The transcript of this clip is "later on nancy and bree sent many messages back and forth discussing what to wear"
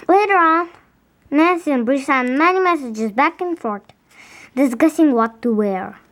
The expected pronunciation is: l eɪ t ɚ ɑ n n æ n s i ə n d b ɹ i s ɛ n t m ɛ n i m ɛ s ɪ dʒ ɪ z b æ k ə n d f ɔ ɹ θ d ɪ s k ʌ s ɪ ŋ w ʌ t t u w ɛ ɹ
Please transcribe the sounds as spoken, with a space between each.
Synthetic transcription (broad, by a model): l eɪ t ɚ ɑ n n æ n s i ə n b ɹ i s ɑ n m ɛ n i m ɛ s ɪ dʒ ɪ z b æ k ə n f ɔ ɹ t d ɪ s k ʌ s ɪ ŋ w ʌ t t u w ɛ ɹ